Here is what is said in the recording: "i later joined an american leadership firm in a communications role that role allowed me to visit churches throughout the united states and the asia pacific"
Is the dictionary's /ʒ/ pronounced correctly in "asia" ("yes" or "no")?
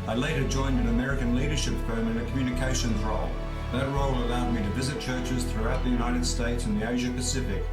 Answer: yes